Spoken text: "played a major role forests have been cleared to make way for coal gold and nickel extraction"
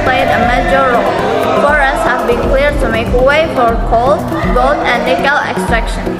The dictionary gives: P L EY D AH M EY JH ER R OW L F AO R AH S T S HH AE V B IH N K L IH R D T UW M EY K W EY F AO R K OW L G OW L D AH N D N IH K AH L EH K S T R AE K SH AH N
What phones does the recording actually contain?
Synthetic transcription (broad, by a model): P L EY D AH M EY JH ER R OW L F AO R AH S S HH AE V B IH N K L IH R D T UW M EY K W EY F AO R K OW L G OW L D AH N D L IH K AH L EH K S T R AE K SH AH N